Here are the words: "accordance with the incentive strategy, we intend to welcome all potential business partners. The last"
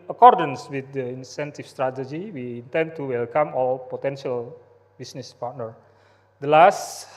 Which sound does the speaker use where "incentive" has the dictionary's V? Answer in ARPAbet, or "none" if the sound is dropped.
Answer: F